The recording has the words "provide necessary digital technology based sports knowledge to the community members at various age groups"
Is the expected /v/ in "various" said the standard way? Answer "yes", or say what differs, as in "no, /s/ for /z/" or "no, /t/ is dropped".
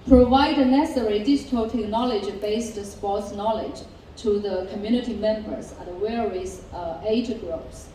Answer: no, /w/ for /v/